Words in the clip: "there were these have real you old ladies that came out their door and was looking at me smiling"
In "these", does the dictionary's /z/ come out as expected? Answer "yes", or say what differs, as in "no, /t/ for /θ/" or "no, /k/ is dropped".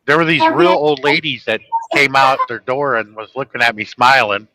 yes